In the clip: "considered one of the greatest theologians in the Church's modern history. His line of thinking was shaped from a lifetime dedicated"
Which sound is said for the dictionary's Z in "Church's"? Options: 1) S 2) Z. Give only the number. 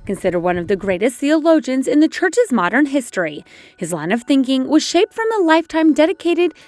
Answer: 2